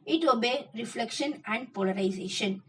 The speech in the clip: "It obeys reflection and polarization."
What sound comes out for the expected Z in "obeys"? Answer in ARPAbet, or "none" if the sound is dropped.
none